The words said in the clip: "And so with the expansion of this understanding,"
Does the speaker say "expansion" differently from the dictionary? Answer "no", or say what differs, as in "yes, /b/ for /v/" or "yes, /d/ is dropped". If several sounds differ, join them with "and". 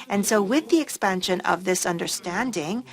no